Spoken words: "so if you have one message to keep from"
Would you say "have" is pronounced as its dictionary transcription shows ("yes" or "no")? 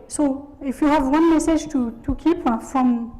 yes